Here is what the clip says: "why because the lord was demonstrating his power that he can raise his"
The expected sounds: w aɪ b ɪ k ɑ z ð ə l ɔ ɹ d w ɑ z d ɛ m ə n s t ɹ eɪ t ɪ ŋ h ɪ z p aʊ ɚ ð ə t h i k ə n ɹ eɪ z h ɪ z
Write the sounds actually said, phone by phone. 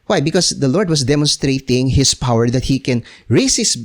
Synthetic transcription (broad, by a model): w aɪ b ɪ k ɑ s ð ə l ɔ ɹ d w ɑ s d ɛ m ə n s t ɹ eɪ t ɪ ŋ h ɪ s p aʊ ɚ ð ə t h i k ə n ɹ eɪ s h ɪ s